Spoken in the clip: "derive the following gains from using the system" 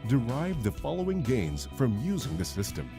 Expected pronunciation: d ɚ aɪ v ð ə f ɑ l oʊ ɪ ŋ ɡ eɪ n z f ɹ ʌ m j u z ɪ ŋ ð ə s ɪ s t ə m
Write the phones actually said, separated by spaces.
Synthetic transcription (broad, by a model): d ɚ aɪ v ð ə f ɑ l oʊ ɪ ŋ ɡ eɪ n z f ɹ ʌ m j u z ɪ ŋ ð ə s ɪ s t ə m